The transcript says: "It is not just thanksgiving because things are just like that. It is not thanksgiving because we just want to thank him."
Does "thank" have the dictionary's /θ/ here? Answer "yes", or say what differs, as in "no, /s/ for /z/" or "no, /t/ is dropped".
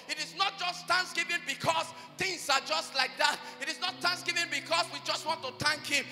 no, /t/ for /θ/